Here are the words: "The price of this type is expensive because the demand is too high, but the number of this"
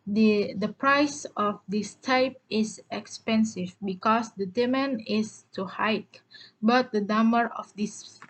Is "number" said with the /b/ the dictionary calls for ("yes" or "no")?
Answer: no